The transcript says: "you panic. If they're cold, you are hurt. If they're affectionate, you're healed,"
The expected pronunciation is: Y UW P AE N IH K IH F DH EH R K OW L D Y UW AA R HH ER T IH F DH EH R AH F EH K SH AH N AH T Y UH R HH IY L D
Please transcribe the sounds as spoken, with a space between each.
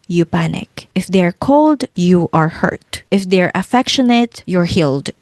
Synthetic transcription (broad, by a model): Y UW P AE N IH K IH F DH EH R K OW L D Y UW AA R HH ER T IH F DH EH R AH F EH K SH AH N AH T Y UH R HH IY L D